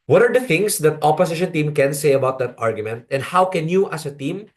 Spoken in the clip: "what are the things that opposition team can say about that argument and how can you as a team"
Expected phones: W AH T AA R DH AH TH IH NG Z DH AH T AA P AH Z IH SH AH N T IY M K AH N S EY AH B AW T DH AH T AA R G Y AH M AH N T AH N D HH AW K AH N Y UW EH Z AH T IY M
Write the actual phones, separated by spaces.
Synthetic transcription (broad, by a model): W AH T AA R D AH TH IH NG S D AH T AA P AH S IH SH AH N T IY M K AH N S EY AH B AW T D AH T AA R G Y AH M AH N T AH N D HH AW K AH N Y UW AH S AH T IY M